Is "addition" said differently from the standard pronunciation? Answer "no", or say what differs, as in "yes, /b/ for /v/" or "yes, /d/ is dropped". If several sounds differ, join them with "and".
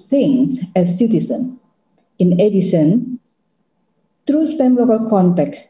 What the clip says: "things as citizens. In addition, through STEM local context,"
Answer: yes, /s/ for /ʃ/